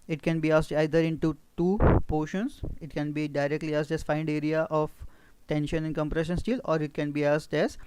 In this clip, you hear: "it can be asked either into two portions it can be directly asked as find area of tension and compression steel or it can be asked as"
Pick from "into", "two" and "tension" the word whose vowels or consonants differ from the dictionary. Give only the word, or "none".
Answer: none